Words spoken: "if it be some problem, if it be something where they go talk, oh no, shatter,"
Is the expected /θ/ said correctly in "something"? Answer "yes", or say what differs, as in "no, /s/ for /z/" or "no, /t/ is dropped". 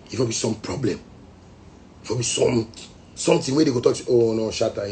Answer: no, /t/ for /θ/